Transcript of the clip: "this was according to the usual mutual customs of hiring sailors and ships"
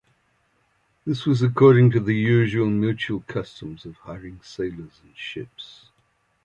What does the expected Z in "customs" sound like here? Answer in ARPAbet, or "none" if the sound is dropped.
Z